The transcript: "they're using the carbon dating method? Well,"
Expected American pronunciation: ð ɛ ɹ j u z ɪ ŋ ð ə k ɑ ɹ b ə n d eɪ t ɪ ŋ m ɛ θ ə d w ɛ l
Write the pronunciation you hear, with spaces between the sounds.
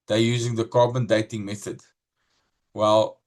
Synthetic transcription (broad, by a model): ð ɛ j u z ɪ ŋ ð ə k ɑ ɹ b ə n d eɪ t ɪ ŋ m ɛ θ ə d w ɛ l